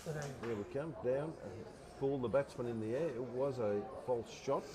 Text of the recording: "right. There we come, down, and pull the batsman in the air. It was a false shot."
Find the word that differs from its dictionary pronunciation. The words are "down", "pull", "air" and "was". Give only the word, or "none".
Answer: down